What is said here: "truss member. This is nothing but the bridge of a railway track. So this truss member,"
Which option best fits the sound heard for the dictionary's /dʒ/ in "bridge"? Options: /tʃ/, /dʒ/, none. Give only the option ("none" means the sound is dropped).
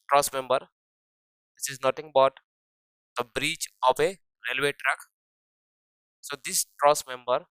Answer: /tʃ/